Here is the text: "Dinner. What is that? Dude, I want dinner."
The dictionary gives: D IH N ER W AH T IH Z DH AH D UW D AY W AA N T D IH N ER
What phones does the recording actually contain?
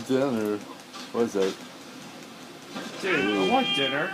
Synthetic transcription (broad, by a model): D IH N ER W AH T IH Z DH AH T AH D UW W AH T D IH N ER